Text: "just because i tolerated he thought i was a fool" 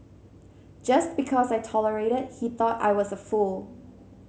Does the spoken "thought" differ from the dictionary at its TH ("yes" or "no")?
no